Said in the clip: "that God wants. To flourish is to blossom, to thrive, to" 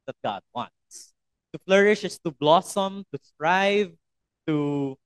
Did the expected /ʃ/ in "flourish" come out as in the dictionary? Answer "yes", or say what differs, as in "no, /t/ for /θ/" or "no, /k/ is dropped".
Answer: yes